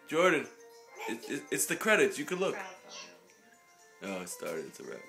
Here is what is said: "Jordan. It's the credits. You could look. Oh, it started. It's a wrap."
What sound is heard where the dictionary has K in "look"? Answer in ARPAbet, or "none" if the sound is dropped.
K